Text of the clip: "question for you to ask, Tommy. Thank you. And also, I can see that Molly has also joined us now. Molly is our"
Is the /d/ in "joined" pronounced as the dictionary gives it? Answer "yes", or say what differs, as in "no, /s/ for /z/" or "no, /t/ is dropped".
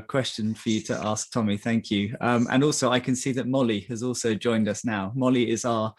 yes